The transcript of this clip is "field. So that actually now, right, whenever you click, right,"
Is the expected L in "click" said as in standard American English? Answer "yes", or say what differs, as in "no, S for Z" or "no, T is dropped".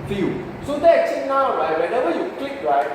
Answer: yes